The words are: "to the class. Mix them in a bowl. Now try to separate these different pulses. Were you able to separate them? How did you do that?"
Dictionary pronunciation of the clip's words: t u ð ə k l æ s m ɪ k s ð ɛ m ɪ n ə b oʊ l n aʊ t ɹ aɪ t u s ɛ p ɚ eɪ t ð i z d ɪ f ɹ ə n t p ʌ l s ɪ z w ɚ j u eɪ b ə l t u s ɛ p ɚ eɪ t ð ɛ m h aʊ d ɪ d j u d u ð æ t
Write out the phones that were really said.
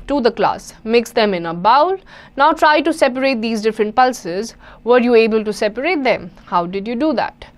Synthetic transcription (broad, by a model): t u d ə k l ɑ s m ɪ k s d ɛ m ɪ n ə b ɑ l n aʊ t ɹ aɪ t u s ɛ p ɚ eɪ t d i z d ɪ f ɹ ə n t p ʌ l s ɪ z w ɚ j u eɪ b ə l t u s ɛ p ɚ eɪ t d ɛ m h aʊ d ɪ d j u d u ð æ t